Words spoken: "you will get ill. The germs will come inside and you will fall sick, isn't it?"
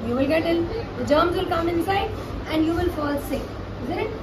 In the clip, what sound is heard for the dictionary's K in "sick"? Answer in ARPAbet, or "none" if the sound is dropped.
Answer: none